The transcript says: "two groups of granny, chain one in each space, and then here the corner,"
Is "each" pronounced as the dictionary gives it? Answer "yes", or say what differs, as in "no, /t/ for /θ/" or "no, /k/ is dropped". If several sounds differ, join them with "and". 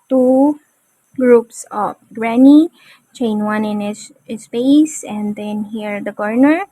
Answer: no, /s/ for /tʃ/